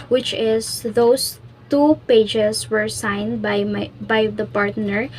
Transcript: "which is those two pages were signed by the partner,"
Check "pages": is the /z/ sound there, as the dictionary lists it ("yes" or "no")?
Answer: no